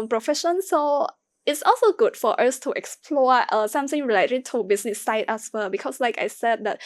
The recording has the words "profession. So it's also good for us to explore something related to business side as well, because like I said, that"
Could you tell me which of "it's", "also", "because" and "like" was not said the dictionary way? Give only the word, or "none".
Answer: because